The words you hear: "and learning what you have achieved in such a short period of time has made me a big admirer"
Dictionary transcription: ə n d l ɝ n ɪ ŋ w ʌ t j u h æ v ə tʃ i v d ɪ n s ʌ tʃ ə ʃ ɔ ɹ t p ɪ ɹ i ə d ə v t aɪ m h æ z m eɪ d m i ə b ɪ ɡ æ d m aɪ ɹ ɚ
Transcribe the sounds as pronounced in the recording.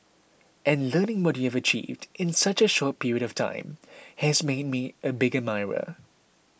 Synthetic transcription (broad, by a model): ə n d l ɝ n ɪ ŋ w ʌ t j u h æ v ə tʃ i v d ɪ n s ʌ tʃ ə ʃ ɔ t p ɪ ɹ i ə d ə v t aɪ m h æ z m eɪ d m i ə b ɪ ɡ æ m aɪ ɹ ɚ